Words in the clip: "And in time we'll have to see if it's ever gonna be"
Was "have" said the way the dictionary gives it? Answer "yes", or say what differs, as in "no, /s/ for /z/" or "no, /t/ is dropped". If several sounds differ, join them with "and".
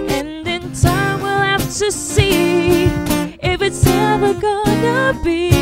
no, /f/ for /v/